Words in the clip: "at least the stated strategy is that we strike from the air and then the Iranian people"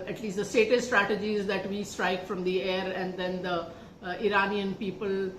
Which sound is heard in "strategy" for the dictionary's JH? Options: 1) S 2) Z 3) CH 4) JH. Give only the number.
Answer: 4